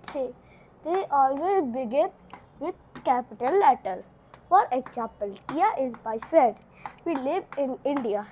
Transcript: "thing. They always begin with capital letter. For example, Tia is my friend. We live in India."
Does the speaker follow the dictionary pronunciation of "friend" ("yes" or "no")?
no